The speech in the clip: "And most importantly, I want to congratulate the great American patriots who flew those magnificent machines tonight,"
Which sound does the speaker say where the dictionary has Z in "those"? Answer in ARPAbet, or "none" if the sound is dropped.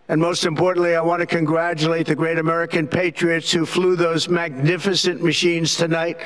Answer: Z